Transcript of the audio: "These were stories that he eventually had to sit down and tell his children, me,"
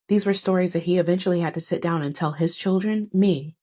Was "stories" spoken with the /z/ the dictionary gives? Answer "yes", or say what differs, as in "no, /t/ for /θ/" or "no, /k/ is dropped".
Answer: yes